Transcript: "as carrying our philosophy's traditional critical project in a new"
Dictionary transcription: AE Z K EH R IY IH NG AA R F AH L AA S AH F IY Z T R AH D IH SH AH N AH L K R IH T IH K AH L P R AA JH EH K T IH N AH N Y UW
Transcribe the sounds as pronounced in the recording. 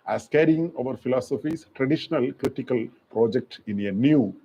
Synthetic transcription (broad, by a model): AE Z K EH R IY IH NG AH R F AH L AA S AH F IY S T R AH D IH SH AH N AH L K R IH T IH K AH L P R AA JH EH K T IH N AH N Y UW